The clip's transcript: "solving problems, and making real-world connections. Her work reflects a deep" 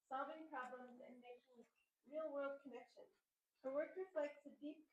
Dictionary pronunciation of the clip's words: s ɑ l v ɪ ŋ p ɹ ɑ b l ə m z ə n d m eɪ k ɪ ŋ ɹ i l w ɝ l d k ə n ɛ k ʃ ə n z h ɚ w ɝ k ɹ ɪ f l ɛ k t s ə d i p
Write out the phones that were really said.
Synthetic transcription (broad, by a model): s ɑ l v ɪ ŋ p ɹ ɑ b l ə m z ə n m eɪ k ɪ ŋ ɹ i l w ɝ l d k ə n ɛ k ʃ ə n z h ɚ w ɝ k ɹ ɪ f l ɛ k t s ə d i p